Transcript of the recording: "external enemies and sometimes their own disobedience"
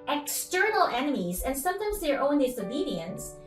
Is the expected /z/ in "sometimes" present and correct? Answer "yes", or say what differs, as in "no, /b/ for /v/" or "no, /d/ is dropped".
yes